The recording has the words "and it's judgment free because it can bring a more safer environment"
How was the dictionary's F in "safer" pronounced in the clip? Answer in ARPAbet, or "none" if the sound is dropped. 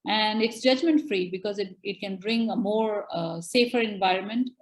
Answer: F